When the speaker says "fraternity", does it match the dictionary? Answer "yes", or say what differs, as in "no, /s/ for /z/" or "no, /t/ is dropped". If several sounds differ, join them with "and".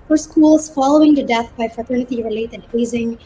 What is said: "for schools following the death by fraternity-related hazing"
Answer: yes